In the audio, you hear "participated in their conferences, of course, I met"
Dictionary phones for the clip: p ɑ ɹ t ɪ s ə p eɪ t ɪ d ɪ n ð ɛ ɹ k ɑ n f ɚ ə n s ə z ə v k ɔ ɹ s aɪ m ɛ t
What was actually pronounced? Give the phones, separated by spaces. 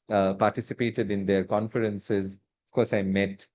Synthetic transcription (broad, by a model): p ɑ ɹ t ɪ s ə p eɪ t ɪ d ɪ n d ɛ ɹ k ɑ n f ɚ ə n s ə z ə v k ɔ ɹ s aɪ m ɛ t